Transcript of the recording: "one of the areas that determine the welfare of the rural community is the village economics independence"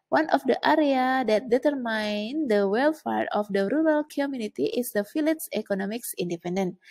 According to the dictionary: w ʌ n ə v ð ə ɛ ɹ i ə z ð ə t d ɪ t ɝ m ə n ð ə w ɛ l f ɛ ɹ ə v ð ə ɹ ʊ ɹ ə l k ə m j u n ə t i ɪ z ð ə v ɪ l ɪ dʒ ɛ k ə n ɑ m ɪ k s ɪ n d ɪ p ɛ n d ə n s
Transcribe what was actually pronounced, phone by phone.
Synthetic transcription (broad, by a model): w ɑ n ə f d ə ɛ ɹ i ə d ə t d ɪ t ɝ m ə n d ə w ɛ l f ɛ ɹ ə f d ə ɹ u ɹ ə l k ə m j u n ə t i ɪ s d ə f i l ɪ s ɛ k ə n ɑ m ɪ k s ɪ n d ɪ p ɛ n d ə n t